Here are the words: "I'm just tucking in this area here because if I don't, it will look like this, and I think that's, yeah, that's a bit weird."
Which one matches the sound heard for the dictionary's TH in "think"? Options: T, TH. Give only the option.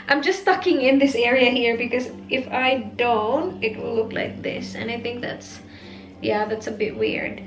TH